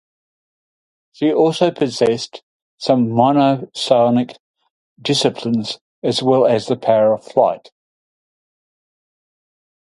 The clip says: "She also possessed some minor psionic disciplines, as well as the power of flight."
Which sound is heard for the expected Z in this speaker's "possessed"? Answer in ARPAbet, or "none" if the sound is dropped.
Z